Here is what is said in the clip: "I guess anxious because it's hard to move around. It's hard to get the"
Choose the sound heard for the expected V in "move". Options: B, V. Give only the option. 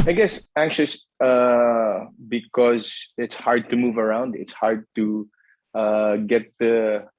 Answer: V